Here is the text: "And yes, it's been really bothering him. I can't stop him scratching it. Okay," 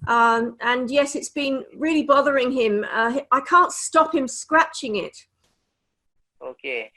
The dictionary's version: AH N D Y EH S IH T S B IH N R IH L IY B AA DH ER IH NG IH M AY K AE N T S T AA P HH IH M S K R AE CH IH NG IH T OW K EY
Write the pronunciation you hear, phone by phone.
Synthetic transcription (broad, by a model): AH N Y EH S IH T S B IH N R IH L IY B AA DH ER IH NG IH M AY K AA N T S T AA P HH IH M S K R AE CH IH NG IH T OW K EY